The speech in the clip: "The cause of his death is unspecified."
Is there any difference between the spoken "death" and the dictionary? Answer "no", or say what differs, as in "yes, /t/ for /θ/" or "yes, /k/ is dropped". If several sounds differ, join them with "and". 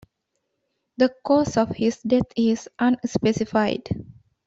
yes, /t/ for /θ/